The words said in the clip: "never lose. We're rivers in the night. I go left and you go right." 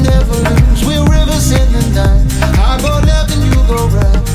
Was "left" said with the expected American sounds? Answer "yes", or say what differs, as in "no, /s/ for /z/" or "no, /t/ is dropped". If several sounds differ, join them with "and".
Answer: no, /f/ is dropped